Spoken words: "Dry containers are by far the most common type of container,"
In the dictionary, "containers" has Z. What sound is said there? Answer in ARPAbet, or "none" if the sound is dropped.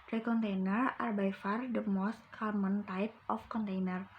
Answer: none